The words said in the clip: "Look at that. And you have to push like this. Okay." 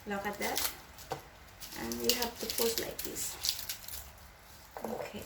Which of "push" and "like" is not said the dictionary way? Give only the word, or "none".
push